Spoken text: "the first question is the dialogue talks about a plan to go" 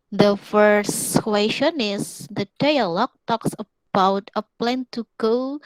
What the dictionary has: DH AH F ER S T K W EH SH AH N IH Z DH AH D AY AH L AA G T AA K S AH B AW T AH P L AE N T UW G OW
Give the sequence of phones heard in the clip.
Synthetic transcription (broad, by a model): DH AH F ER S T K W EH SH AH N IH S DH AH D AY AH L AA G T AA K S AH B AW T AH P L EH N T UW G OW